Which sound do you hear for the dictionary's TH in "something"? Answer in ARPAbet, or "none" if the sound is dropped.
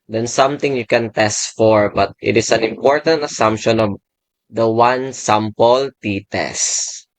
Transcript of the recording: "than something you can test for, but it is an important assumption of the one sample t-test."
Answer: T